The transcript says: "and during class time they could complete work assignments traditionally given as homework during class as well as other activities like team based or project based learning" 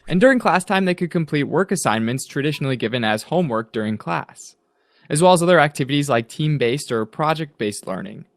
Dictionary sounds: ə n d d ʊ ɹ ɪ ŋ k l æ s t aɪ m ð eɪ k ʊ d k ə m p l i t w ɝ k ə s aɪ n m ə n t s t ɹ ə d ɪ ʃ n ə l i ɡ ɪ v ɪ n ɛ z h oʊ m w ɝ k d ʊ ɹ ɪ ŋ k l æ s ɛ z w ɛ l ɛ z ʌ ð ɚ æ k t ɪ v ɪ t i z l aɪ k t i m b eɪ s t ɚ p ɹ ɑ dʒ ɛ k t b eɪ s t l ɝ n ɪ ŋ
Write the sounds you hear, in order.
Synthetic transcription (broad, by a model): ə n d d ʊ ɹ ɪ ŋ k l æ s t aɪ m ð eɪ k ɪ d k ə m p l i t w ɝ k ə s aɪ n m ə n t s t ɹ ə d ɪ ʃ n l i ɡ ɪ v ɪ n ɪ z h oʊ m w ɝ k d ʊ ɹ ɪ ŋ k l æ s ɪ z w ɛ l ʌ z ʌ ð ɚ æ k t ɪ v ɪ t i z l aɪ k t i m b eɪ s t ɚ p ɹ ɑ dʒ ɛ k t b eɪ s t l ɝ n ɪ ŋ